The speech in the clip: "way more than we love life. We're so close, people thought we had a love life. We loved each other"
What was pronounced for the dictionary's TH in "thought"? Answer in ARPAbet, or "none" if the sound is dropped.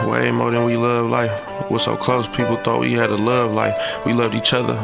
TH